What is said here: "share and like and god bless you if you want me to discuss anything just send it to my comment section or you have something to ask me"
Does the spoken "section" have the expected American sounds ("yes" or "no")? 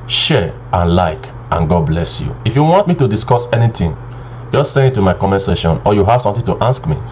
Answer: no